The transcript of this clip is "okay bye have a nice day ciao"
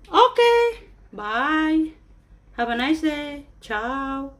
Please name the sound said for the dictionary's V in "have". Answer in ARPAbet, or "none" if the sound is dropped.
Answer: B